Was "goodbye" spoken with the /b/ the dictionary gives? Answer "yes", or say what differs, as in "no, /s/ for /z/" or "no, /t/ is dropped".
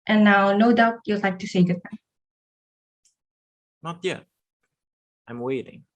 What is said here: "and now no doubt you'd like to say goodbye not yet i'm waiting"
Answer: no, /b/ is dropped